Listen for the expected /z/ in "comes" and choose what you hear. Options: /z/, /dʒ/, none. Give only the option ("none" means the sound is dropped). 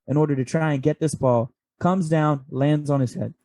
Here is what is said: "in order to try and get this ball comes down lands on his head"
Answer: /z/